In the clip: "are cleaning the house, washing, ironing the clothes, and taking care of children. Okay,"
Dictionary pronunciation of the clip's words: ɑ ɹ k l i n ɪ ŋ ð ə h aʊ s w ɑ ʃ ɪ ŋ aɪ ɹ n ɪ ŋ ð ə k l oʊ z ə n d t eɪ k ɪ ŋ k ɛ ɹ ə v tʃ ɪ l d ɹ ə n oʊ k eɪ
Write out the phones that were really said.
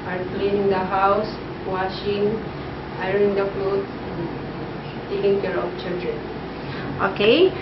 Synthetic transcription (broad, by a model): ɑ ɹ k l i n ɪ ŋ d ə h aʊ s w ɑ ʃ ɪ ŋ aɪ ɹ ɪ ŋ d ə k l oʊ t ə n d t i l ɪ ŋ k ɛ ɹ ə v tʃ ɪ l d ɹ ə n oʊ k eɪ